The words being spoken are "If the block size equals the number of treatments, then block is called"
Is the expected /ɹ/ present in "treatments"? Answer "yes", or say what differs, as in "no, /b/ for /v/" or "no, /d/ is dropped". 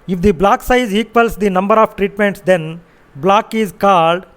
yes